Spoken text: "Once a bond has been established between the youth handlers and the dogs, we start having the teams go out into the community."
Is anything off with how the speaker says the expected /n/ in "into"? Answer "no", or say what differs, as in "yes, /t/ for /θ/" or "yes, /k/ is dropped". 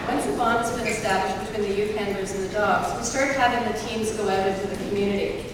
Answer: yes, /n/ is dropped